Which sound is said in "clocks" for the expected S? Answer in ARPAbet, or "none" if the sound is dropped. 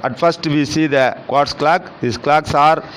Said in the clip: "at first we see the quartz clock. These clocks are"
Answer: S